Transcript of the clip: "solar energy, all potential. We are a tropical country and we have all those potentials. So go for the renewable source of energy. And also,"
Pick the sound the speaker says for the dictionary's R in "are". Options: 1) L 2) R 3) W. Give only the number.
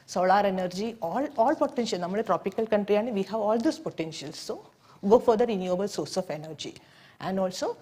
1